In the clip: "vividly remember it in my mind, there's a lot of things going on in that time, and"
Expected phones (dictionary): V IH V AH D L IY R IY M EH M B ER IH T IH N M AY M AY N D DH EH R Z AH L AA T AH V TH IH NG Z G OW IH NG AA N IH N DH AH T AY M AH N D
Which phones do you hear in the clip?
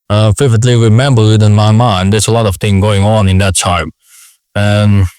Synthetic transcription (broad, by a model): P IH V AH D L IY R IY M EH M B ER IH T IH N M AY M AY N D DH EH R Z AH L AA T AH V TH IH NG G OW IH NG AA N IH N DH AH T AY M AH N